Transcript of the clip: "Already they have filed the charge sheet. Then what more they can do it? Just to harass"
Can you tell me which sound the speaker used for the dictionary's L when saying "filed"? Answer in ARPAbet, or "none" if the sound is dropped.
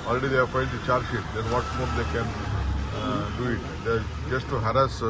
N